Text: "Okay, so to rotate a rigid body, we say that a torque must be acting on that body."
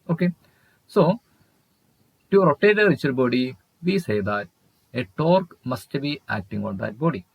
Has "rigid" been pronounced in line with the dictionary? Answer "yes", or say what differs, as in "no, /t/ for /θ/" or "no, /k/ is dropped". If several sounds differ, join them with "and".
no, /tʃ/ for /dʒ/